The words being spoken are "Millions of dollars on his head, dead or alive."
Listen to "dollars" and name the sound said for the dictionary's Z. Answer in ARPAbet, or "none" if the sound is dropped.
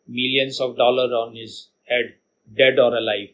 none